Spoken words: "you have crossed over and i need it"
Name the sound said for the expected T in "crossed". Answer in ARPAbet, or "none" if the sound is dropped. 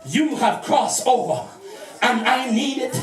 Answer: none